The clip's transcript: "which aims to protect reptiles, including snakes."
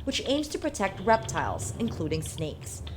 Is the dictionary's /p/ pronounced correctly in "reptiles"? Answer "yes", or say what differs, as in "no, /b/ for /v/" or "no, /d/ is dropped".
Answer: yes